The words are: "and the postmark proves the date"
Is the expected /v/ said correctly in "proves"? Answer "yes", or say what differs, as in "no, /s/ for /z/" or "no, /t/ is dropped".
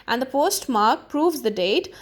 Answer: yes